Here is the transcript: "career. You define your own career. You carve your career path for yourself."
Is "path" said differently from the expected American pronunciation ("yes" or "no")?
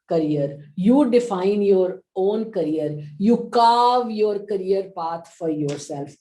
yes